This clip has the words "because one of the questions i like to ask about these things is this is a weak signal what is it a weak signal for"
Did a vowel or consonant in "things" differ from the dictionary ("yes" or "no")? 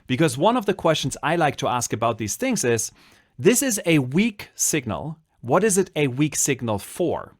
no